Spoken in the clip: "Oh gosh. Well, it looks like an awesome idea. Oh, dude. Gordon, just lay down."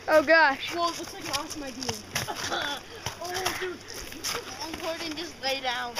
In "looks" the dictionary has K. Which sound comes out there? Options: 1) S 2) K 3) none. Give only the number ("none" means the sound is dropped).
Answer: 3